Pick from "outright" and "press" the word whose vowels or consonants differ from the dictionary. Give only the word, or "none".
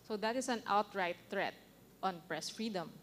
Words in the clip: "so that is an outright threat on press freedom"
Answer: none